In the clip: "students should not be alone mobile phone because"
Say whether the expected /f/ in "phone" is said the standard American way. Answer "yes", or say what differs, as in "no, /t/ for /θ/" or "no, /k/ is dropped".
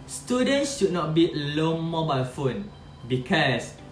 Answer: yes